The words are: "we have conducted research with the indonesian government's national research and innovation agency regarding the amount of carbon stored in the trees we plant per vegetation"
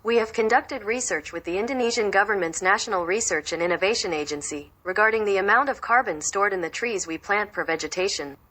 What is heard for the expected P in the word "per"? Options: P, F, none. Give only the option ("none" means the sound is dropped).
F